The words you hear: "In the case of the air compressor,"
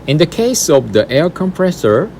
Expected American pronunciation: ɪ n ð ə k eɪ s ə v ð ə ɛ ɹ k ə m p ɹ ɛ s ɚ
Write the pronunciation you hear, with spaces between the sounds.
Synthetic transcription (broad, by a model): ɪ n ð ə k eɪ s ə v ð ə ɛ l k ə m p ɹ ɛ s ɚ